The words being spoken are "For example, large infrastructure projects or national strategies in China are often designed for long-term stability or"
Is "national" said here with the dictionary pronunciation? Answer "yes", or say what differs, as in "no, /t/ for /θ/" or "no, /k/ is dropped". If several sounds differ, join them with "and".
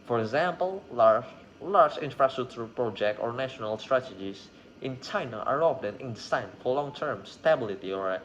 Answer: yes